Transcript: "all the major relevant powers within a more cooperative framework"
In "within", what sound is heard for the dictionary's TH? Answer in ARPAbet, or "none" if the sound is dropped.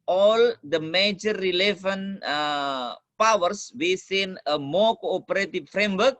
S